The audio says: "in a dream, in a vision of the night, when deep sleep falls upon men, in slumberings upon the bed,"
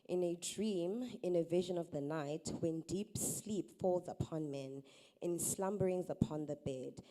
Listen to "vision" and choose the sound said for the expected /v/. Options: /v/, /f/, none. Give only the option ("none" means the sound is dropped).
/v/